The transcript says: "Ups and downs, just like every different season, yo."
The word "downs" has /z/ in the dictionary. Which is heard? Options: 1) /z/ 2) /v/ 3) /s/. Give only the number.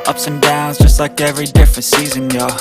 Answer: 1